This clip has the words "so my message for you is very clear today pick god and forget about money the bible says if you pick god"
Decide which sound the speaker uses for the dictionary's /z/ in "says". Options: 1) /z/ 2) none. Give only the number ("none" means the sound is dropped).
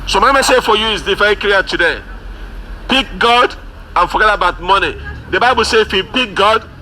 2